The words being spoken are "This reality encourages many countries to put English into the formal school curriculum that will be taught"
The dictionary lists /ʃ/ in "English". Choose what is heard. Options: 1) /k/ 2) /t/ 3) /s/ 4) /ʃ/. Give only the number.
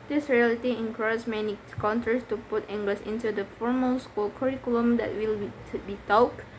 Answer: 3